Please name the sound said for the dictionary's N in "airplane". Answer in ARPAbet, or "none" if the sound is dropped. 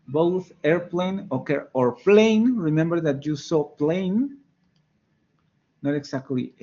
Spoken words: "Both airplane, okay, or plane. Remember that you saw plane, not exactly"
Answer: N